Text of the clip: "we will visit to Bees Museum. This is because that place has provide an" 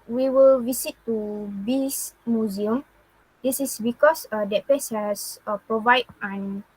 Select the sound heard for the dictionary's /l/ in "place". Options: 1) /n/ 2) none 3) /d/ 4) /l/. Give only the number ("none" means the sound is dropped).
2